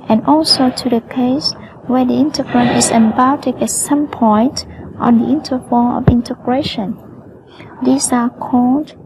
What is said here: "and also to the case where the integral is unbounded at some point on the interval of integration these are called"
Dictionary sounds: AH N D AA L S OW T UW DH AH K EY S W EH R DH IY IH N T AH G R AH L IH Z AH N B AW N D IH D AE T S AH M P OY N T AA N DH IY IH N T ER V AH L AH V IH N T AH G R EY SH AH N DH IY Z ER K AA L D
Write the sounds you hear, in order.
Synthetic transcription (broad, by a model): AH N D AA L S OW T UW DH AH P EY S W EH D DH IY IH N T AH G R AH N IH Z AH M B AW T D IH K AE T S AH M P OY N T AA N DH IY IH N T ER F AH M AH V IH N T AH G R EY SH AH N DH IY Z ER K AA L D